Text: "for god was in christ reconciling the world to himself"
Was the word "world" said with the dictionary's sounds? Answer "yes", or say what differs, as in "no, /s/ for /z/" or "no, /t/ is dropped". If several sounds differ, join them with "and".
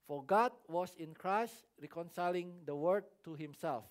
no, /l/ is dropped